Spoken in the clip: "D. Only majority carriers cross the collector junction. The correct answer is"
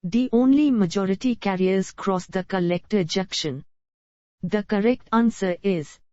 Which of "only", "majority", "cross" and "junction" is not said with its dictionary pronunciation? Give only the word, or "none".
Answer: junction